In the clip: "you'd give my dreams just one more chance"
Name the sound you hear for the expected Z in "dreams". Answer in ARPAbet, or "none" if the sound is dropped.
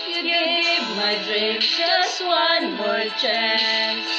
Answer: none